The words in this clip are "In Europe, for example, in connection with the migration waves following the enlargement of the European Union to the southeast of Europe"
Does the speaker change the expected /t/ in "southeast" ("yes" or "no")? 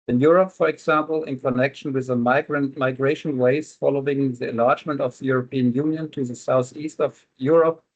no